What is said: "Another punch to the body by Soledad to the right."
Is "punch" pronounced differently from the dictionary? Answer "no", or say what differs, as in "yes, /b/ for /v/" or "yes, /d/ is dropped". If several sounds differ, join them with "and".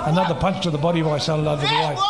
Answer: no